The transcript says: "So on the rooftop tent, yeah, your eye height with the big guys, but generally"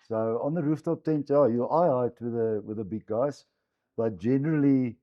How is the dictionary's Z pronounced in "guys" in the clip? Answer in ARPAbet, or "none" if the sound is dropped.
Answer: S